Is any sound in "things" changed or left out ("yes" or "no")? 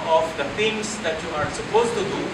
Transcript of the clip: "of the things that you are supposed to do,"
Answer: yes